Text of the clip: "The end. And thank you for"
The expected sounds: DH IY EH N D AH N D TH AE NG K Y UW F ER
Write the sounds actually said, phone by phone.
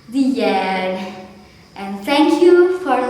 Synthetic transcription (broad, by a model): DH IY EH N AH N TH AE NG K Y UW F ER